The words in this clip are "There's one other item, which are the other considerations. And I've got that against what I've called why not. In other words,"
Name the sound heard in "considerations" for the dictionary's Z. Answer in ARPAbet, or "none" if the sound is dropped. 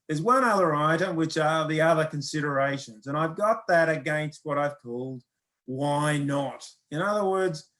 Z